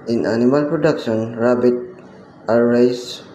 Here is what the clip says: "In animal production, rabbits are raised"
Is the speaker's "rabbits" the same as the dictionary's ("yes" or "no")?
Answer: no